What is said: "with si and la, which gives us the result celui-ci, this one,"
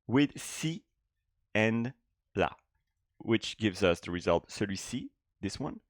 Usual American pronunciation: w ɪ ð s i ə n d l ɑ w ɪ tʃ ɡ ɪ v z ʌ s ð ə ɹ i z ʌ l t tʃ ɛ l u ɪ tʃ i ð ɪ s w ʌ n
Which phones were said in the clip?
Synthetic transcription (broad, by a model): w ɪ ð s i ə n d l ɑ w ɪ tʃ ɡ ɪ v z ʌ s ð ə ɹ i z ʌ l t s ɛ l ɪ s i ð ɪ s w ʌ n